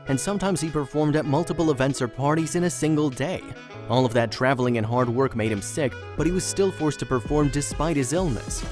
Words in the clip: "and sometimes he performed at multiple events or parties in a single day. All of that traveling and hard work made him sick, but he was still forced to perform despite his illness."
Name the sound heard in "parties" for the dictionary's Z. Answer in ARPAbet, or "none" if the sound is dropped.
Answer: Z